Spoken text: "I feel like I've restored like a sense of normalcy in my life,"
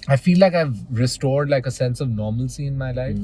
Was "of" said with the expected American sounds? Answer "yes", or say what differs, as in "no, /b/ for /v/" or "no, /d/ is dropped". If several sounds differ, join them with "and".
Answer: yes